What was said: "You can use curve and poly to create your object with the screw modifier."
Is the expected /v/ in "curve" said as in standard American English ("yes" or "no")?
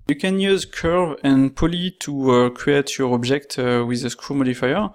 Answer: yes